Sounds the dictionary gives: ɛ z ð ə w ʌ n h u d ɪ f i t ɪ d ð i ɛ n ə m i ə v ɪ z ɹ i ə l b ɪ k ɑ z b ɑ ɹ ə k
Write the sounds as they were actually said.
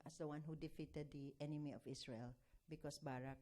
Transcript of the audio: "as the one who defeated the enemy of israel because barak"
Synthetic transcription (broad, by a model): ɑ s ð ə w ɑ n h u d ɪ f i t ɪ d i ɛ n ə m i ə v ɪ s ɹ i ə l b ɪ k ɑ s b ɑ ɹ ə k